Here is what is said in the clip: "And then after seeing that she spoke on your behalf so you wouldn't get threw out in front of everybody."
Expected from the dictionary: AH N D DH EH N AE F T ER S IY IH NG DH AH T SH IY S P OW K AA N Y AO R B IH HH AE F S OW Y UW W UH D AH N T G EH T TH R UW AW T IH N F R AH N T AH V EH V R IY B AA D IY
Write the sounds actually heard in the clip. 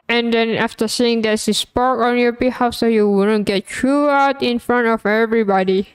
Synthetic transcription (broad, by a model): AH N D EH N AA F T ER S IY IH NG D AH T S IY S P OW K AA N Y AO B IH HH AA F S OW Y UW W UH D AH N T G EH T T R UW AW T IH N F R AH N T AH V EH V R IY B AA D IY